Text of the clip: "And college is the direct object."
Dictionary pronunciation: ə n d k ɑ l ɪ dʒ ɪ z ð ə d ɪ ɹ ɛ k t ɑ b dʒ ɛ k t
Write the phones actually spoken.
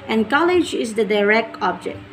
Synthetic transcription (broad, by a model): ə n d k ɑ l ɪ dʒ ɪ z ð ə d ɪ ɹ ɛ k t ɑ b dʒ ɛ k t